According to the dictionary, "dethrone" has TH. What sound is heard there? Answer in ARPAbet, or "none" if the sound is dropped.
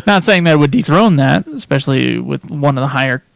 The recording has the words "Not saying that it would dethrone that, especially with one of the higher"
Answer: TH